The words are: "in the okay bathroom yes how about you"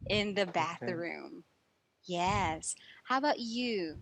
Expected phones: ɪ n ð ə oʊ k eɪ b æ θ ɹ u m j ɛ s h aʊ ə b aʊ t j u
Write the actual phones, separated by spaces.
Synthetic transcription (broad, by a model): ɪ n ð ə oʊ b æ θ ɹ u m j ɛ s h aʊ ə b aʊ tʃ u